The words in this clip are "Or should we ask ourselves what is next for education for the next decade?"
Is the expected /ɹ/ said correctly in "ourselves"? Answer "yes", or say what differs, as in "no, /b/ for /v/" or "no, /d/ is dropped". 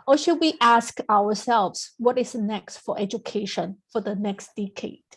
no, /w/ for /ɹ/